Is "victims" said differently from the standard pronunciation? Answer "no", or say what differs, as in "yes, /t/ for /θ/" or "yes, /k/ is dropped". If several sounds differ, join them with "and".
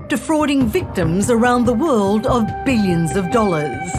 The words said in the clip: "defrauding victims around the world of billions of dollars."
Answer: no